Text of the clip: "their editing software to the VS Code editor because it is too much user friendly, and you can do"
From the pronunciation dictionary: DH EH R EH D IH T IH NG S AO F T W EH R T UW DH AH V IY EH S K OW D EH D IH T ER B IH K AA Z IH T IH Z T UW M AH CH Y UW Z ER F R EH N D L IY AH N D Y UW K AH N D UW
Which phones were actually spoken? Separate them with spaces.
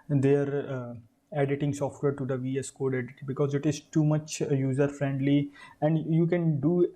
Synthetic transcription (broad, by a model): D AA R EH D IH T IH NG S AO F T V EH R T UW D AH V IY EH S K OW D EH D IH T B IH K AA Z IH T IH Z T UW M AH CH Y UW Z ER F R EH N D L IY AH N D Y UW K AH N D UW